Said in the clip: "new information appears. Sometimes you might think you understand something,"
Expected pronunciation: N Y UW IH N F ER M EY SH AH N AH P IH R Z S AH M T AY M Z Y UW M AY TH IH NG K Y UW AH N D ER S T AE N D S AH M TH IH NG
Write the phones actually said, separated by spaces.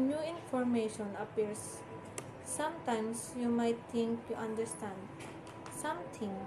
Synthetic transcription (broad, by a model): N Y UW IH N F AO M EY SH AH N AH P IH R S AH M T AY M S Y UW M AY T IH NG K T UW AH N D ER S T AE N D S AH M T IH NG